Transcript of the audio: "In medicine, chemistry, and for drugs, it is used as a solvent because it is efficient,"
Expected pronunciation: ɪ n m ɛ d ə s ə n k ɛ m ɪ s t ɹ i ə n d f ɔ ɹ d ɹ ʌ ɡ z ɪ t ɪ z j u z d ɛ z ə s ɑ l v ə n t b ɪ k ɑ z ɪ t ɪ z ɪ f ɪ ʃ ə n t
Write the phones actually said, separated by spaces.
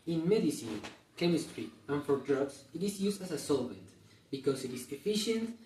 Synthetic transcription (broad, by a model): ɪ n m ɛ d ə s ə n k ɛ m ɪ s t ɹ i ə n f ɔ ɹ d ɹ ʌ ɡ s ɪ t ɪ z j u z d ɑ s ə s ɑ l v ə n t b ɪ k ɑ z ɪ t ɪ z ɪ f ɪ ʃ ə n t